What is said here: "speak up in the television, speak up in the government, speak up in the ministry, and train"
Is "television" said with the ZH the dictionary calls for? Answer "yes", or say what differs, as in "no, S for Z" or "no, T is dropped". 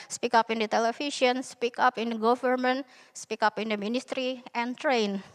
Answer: no, S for ZH